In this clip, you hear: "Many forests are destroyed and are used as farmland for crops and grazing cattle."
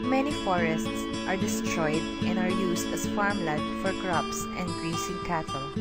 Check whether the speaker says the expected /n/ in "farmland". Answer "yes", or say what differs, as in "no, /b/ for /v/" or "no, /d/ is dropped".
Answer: no, /n/ is dropped